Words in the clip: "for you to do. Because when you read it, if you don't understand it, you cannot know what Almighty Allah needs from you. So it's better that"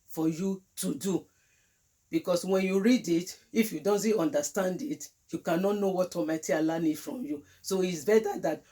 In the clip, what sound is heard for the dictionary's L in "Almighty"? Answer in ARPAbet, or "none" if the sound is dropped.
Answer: none